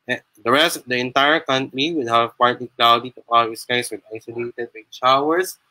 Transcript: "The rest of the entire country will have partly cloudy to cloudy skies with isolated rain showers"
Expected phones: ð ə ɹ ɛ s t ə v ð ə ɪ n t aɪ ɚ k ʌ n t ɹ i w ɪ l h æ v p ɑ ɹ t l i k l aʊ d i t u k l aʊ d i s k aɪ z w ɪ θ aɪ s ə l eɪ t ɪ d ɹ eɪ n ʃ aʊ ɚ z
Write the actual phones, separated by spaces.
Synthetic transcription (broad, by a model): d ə ɹ ɛ s t ə v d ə ɪ n t aɪ ɚ k ʌ n t ɹ i w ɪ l h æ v p ɑ ɹ t l i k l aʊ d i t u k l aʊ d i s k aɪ s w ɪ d aɪ s ə l eɪ t ɪ d w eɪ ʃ aʊ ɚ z